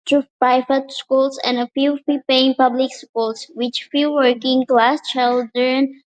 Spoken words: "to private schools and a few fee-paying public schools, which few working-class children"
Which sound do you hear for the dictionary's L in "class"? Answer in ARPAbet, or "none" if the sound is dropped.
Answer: L